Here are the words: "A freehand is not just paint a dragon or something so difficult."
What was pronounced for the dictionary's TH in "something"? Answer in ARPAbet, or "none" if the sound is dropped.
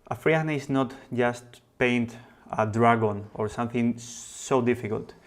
TH